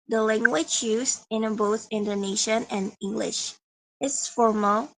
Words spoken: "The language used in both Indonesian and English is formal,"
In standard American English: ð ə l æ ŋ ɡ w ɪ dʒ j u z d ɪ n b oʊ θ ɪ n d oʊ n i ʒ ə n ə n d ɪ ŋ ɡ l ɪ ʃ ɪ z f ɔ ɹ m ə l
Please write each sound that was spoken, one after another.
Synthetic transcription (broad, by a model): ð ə l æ ŋ ɡ w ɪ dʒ j u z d ɪ n b oʊ θ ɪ n d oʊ n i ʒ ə n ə n ɪ ŋ ɡ l ɪ ʃ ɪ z f ɔ ɹ m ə l